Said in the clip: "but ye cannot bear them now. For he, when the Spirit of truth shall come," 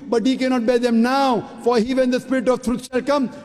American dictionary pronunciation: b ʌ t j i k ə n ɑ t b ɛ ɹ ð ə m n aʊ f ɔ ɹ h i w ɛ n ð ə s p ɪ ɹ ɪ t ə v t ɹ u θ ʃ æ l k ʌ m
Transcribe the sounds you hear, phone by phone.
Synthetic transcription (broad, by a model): b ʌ t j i k ə n ɑ t b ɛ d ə m n aʊ f ɔ ɹ h i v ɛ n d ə s p ɪ ɹ ɪ t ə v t ɹ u t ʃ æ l k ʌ m